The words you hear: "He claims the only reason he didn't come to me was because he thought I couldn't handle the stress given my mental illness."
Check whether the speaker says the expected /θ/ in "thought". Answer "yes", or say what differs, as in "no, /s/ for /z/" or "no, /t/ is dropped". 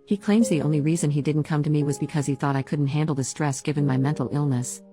yes